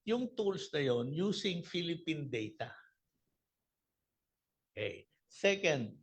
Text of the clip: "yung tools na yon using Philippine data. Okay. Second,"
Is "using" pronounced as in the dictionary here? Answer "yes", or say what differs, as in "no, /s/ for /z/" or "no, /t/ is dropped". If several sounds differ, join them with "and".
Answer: no, /s/ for /z/